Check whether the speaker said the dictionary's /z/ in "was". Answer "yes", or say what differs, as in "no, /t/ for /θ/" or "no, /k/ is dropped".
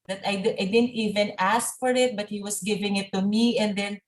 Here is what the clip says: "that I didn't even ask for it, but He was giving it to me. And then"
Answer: no, /s/ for /z/